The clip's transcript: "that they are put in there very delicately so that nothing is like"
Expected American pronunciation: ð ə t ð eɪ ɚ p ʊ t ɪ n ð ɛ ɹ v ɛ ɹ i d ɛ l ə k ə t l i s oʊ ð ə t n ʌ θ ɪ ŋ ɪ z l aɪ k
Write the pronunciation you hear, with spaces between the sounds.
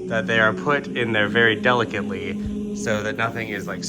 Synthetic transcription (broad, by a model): ð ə t ð eɪ ɚ p ʊ t ɪ n ð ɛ ɹ v ɛ ɹ i d ɛ l ə k ə t l i s oʊ ð ə t n ʌ θ ɪ ŋ ɪ z l aɪ k